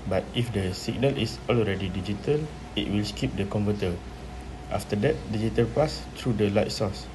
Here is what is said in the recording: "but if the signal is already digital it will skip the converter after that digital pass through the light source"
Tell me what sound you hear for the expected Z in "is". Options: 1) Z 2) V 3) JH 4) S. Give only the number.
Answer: 4